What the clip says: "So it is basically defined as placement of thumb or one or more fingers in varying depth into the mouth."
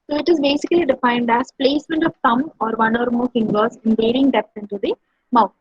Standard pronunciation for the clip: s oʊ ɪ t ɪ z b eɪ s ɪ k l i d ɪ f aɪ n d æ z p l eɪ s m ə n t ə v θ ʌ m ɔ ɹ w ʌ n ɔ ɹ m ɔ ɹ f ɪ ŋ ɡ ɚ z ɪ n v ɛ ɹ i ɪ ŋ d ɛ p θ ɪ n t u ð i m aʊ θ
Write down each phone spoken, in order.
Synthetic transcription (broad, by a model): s oʊ ɪ t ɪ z b eɪ s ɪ k l i d ɪ f aɪ n d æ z p l eɪ s m ə n t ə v t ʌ m ɔ ɹ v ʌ n ɔ ɹ m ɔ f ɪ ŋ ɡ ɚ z ɪ n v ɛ ɹ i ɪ ŋ d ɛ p s ɪ n t u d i m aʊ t